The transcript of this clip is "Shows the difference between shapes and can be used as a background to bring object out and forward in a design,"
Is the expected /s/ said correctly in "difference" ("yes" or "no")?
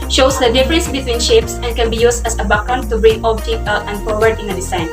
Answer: yes